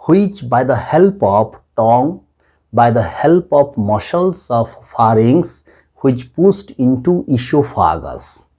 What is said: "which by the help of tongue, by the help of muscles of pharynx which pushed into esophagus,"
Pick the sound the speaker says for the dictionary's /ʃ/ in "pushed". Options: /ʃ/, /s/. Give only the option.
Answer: /s/